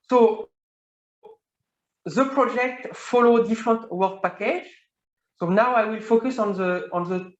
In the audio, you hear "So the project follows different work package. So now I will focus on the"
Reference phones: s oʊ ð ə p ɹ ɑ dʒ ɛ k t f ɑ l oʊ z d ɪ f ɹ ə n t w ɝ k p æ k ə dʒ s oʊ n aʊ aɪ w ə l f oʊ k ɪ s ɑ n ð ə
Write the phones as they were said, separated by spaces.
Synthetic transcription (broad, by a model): s oʊ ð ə p ɹ ɑ dʒ ɛ k t f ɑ l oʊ d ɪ f ɹ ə n t w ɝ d p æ k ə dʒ s oʊ n aʊ aɪ w ə l f oʊ k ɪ s ɑ n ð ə